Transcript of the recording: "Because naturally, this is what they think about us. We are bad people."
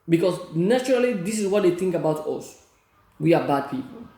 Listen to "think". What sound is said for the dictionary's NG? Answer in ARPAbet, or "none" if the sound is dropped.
NG